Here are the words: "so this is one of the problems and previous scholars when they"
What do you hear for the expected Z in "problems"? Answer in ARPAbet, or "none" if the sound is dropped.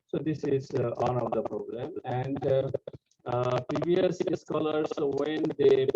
none